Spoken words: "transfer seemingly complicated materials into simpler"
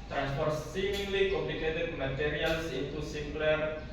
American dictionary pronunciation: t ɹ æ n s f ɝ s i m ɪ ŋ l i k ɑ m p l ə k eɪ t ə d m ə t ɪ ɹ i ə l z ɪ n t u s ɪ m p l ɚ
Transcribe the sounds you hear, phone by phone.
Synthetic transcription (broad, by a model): t ɹ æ n s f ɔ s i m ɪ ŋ l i k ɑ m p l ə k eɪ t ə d m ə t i ɹ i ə l s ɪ t u s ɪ m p l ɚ